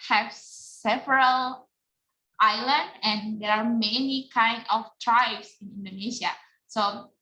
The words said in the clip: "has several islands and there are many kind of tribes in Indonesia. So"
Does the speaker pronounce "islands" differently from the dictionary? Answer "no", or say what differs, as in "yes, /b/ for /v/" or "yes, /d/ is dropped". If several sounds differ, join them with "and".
yes, /z/ is dropped